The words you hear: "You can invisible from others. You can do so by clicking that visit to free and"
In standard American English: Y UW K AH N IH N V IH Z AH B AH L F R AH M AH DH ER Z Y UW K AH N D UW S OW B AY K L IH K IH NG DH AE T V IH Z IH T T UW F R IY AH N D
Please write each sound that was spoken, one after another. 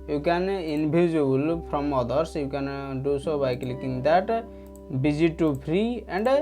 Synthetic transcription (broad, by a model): Y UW K AH N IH N B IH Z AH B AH L P R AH M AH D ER S Y UW K AH N D UW S OW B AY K L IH K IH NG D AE T B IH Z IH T T UW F R IY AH N D